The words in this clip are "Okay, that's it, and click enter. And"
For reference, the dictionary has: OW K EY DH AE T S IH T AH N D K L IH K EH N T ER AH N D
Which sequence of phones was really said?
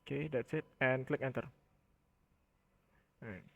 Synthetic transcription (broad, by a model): K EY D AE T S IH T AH N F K L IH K EH N T ER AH